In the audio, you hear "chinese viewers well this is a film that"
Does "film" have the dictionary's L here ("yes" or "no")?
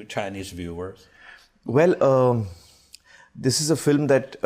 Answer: yes